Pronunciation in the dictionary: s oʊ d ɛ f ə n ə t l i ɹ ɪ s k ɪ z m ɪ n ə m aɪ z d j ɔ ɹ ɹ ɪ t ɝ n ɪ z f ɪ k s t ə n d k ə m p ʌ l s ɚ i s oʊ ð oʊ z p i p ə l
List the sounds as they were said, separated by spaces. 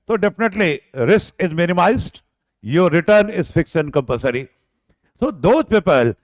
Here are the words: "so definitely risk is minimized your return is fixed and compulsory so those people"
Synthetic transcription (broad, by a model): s oʊ d ɛ f ə n ə t l i ɹ ɪ s k ɪ z m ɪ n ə m aɪ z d j ɔ ɹ ɹ ɪ t ɝ n ɪ z f ɪ k s t ə n d k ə m p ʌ s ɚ i s oʊ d oʊ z p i p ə l